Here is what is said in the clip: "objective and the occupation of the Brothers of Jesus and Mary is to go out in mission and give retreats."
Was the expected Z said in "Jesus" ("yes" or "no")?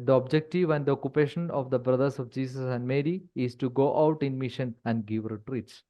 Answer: no